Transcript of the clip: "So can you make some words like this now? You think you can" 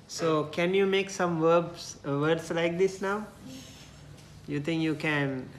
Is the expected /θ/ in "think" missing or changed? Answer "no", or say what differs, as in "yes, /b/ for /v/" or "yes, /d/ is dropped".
yes, /t/ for /θ/